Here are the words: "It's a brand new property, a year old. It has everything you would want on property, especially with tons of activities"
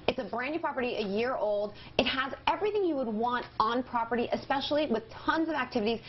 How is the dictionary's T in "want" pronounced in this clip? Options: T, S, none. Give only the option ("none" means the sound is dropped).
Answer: T